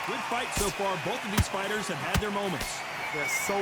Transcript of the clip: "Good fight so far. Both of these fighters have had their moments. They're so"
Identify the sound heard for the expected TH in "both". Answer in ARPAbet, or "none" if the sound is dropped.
TH